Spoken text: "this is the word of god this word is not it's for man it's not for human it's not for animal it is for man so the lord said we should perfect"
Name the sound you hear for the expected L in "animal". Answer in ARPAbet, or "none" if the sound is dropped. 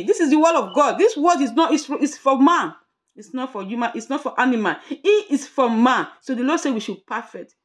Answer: N